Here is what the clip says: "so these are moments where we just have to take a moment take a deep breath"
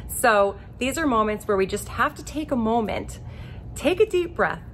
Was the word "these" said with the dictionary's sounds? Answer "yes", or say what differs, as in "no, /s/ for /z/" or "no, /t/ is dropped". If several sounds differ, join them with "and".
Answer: yes